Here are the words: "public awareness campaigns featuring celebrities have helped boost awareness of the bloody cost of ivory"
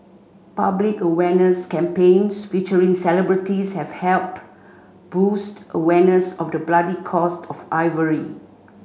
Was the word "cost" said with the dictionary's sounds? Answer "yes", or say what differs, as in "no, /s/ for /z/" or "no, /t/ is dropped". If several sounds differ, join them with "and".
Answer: yes